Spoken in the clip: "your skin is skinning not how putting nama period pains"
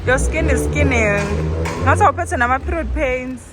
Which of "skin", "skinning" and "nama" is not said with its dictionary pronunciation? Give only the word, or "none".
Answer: none